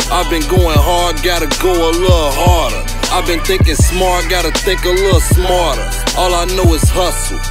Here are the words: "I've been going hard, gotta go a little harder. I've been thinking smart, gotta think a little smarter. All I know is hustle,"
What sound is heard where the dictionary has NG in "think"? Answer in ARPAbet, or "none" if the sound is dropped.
none